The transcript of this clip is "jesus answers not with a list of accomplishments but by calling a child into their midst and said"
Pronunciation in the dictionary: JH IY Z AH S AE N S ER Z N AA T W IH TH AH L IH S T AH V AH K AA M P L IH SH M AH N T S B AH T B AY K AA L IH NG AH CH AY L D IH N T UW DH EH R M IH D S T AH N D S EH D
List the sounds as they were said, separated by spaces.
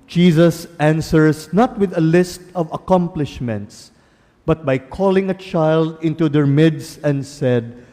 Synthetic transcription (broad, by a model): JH IY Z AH S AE N S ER S N AA T W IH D AH L IH S T AH V AH K AA M P L IH SH M AH N T S B AH T B AY K AA L IH NG AH CH AY L D IH N T UW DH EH R M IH D S AH N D S EH D